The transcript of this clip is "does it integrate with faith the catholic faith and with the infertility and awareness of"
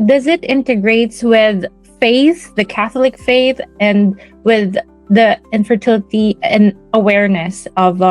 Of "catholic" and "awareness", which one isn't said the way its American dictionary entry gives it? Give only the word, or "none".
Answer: none